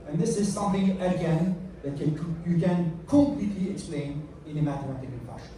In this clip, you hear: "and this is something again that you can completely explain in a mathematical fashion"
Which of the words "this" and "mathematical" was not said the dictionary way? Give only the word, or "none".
mathematical